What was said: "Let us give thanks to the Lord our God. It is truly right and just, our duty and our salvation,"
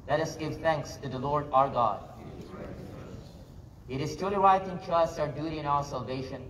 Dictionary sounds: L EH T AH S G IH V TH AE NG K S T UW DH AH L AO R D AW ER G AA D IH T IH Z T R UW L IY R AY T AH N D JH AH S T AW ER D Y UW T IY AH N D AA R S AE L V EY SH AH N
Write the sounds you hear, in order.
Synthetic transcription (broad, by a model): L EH T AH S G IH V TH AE NG K S T UW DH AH L AO R D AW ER G AA D IH T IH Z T UW L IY W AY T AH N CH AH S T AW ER D Y UW T IY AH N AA L S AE L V EY SH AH N